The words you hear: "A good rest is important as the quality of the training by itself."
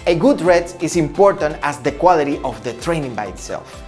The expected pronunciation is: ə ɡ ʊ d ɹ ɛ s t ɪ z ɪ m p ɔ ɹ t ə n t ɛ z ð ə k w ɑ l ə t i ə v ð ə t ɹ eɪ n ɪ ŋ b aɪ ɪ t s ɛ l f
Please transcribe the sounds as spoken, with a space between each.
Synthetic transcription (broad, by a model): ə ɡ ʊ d ɹ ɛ t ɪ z ɪ m p ɔ ɹ t ə n t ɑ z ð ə k w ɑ l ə t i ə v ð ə t ɹ eɪ n ɪ ŋ b aɪ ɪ t s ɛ l f